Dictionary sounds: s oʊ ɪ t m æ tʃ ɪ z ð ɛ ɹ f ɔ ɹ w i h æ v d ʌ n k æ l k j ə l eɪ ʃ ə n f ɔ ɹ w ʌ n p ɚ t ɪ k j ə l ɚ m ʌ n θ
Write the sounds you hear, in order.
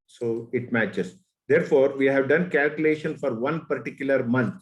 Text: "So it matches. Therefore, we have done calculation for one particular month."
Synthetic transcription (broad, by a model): s oʊ ɪ t m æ tʃ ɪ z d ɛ ɹ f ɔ ɹ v i h æ v d ʌ n k æ l k j ə l eɪ ʃ ə n f ɔ ɹ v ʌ n p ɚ t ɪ k j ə l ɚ m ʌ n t